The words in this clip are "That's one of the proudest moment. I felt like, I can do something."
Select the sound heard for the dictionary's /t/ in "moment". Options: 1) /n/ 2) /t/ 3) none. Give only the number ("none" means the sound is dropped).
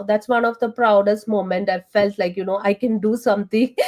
2